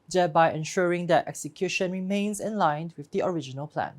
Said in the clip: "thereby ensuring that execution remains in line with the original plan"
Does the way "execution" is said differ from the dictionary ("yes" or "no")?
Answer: no